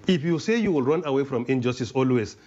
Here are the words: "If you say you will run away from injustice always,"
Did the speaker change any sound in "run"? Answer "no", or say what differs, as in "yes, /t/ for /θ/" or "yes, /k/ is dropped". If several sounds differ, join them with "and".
no